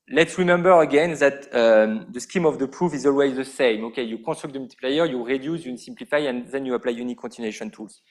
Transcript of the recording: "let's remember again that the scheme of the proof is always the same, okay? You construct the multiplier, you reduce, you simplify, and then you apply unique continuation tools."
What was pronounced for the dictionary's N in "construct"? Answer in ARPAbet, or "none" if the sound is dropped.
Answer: none